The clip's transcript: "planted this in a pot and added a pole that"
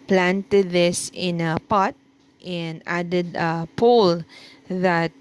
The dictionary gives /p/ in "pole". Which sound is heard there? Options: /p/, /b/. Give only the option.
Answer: /p/